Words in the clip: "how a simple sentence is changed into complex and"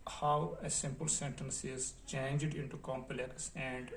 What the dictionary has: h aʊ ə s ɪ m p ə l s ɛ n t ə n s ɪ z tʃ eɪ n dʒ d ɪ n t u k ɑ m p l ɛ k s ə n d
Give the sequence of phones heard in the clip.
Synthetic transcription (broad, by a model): h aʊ ə s ɪ m p ə l s ɛ n t ə n s ɪ z tʃ eɪ n dʒ d ɪ n t u k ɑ m p l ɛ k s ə n d